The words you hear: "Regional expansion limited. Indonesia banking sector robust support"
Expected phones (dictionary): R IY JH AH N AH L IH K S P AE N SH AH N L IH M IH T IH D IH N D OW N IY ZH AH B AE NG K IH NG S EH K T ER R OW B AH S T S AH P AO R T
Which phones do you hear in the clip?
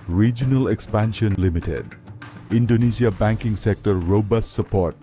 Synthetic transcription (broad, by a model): R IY JH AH N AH L IH K S P AE N SH AH N L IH M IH T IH D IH N D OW N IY S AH B AE NG K IH NG S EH K T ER R OW B AH S T S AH P AO R T